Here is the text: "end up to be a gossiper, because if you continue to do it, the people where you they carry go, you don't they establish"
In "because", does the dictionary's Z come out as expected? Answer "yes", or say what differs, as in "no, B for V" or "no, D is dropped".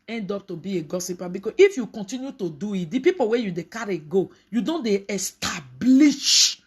no, Z is dropped